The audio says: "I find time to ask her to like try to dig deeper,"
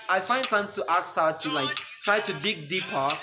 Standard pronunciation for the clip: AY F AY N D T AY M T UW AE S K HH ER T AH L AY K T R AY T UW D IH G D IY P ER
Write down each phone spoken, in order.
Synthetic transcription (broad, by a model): AY F AY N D T AY M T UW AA K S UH T AH L AY K T R AY T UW D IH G D IY P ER